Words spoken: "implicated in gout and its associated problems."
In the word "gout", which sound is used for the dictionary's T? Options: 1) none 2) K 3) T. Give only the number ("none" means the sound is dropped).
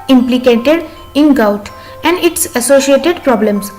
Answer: 3